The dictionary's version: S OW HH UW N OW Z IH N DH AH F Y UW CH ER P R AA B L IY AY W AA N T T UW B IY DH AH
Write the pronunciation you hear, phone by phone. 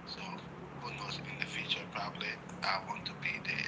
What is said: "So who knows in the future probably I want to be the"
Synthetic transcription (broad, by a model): S OW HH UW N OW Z IH N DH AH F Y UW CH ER P R AA B L IY AY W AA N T T UW B IY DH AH